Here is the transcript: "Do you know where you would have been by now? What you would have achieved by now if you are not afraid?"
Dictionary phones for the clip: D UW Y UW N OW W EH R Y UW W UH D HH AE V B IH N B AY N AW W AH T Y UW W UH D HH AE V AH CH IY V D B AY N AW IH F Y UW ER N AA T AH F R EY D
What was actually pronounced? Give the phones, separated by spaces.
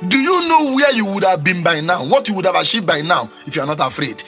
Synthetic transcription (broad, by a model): D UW Y UW N OW W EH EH Y UW W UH D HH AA V B IH N B AY N AW W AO T Y UW W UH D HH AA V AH SH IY B AY N AW IH F Y UW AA N AA T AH F R EY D